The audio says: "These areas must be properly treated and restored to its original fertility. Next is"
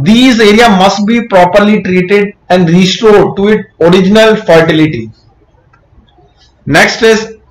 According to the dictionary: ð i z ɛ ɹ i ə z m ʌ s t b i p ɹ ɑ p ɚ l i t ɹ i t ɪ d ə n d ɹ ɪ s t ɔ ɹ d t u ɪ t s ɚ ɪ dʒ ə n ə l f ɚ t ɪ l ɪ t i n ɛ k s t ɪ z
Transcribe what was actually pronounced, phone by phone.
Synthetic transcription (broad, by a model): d i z ɛ ɹ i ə m ʌ s t b i p ɹ ɑ p ɚ l i t ɹ i t ɪ d ə n d ɹ ɪ s t ɔ ɹ d t u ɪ t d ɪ dʒ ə n ə l f ɚ t ɪ l ɪ t i n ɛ k s t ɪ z